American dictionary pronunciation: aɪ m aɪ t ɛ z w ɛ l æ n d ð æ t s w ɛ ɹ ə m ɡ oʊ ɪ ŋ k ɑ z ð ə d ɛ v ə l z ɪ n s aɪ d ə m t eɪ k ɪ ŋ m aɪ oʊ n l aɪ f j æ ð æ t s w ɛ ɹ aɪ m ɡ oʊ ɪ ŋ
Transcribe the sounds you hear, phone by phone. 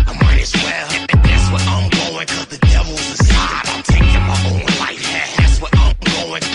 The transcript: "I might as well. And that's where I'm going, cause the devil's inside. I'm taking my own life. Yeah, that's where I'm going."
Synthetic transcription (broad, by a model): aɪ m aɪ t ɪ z w ɛ l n ð æ t s w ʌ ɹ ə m ɡ oʊ ɪ ŋ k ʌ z ð ə d ɛ v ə l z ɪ s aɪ ə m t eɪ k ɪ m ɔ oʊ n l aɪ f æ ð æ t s w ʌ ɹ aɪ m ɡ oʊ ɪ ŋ